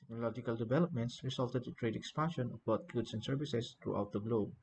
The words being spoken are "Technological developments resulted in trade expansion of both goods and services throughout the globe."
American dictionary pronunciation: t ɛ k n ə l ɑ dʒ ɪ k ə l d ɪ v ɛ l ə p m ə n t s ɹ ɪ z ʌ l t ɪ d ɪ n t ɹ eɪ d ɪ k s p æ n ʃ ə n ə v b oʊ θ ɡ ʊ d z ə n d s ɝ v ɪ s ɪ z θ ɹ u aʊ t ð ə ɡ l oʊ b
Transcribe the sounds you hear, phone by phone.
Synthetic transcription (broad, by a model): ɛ k n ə l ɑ dʒ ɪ k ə l d ɪ v ɛ l ə p m ə n t s ɹ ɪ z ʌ l t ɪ d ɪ t ɹ eɪ d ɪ k s p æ n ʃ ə n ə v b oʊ t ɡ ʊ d s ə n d s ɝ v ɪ s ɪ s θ ɹ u aʊ t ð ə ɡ l oʊ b